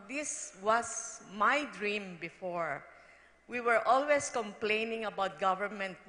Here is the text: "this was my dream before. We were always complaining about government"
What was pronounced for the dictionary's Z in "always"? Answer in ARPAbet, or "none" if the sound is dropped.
S